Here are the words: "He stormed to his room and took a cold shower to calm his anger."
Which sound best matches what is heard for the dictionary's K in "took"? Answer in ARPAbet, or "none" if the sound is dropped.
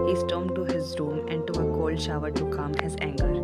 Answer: none